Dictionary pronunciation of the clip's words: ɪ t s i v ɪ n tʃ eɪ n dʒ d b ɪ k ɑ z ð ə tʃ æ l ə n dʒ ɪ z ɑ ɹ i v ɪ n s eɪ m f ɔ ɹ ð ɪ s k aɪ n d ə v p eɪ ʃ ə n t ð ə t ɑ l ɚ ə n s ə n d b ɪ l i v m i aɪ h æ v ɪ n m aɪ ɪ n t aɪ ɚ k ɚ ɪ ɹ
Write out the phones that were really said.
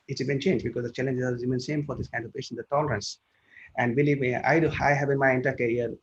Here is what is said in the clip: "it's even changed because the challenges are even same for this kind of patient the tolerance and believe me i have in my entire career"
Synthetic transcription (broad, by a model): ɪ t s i b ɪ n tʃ eɪ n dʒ b ɪ k ɑ z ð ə tʃ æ l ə n dʒ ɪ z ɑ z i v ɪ n s eɪ m f ɔ ɹ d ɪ s k aɪ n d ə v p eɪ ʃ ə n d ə t ɑ l ɚ ə n s ə n d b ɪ l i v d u aɪ h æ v ɪ n m aɪ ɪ n t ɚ k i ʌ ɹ